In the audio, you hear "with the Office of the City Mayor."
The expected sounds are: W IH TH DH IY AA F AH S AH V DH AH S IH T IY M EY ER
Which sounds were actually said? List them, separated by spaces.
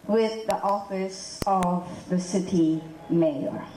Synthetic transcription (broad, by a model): W IH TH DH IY AA F AH S AH V DH AH S IH T IY M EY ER